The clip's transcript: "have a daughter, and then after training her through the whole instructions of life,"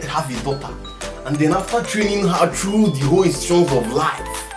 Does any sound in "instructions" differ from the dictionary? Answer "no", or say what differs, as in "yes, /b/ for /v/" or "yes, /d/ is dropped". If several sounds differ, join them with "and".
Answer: yes, /ɹ/ is dropped and /k/ is dropped